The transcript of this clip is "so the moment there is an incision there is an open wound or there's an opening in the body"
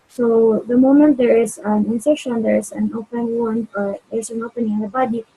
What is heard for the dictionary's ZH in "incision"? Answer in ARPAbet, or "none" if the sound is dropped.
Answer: SH